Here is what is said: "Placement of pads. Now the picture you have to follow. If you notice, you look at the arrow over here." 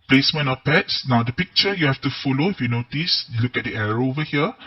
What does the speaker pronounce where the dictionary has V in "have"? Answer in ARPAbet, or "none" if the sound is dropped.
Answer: F